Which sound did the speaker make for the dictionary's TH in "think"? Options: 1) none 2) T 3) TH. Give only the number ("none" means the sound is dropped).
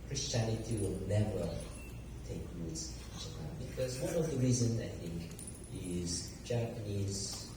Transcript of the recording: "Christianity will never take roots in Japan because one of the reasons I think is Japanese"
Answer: 3